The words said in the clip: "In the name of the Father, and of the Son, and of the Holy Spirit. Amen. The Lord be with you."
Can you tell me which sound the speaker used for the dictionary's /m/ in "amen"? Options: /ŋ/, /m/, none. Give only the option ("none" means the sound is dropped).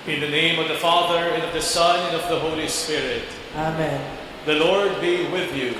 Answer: /m/